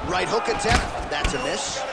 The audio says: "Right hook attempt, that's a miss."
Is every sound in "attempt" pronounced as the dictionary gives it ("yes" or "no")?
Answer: no